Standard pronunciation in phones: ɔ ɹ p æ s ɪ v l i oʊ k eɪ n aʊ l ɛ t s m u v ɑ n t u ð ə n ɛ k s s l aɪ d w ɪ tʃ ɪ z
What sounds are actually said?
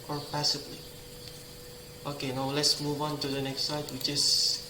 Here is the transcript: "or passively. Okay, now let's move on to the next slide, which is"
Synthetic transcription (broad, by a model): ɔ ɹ p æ s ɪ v l i oʊ k eɪ n aʊ l ɛ t s m u v ɑ n t u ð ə n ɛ k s s aɪ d w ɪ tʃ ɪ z